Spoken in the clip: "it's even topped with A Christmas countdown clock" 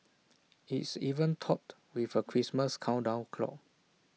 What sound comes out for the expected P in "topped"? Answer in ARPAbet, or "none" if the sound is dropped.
none